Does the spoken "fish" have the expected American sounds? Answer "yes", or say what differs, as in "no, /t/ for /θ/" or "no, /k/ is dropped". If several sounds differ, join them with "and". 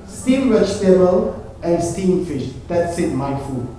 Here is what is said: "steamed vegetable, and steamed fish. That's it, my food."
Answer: yes